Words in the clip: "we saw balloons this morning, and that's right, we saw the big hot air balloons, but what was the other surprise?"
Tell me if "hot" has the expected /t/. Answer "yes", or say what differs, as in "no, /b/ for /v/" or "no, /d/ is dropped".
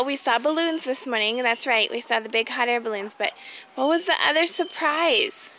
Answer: yes